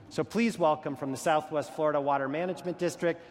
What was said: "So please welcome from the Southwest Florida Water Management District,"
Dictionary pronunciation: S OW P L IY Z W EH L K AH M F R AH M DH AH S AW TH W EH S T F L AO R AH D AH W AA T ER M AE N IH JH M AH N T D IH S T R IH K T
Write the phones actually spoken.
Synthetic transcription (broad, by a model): S OW P L IY Z W EH L K AH M F R AH M DH AH S AW TH W EH S T F L AO R AH D AH W AA T ER M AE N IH JH M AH N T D IH S T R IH K T